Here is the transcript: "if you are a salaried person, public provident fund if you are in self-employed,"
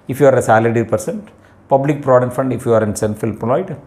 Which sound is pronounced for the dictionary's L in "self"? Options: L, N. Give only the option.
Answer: N